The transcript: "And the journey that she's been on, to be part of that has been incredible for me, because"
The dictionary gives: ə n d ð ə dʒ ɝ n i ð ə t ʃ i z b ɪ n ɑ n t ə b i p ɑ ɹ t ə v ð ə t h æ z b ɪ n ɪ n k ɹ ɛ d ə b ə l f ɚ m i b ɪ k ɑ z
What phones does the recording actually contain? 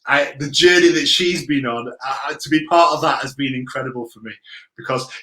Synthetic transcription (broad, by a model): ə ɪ ð ə dʒ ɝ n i ð ə t ʃ i z b ɪ n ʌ n t ə b i p ɑ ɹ t ə v ð ə t h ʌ z b ɪ n ɪ n k ɹ ɛ d ə b ə l f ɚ m i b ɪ k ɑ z